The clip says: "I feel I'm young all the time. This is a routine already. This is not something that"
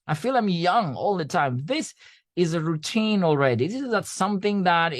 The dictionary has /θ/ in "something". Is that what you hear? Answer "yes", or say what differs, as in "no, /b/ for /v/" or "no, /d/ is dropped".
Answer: yes